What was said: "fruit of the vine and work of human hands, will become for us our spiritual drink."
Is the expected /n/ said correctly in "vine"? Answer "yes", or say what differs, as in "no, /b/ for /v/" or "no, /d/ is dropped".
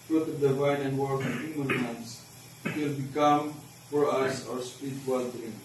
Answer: yes